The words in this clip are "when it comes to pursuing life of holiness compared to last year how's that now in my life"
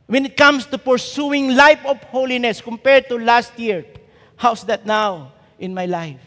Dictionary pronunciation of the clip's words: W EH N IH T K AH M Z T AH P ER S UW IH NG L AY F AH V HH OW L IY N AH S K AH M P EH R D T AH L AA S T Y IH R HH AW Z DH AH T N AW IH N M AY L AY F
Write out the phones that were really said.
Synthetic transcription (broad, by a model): W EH N IH T K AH M S T AH P ER S UW IH NG L AY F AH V HH OW L IY N AH S K AH M P EH R D T AH L AA S T Y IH R HH AW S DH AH T N AW IH N M AY L AY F